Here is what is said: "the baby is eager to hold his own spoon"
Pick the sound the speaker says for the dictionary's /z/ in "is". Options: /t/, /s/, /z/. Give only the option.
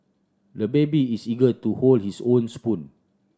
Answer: /s/